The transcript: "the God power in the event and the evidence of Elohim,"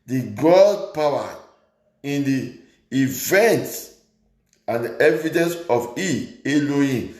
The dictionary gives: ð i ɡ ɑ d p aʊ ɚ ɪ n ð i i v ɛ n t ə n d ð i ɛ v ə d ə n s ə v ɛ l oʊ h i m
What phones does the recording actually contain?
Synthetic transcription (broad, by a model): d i ɡ ɑ d p aʊ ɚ ɪ n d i i v ɛ n t ə n d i ɛ v ə d ə n s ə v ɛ l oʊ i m